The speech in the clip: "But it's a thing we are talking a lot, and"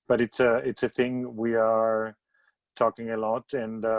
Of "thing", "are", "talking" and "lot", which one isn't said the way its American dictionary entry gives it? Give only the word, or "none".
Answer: none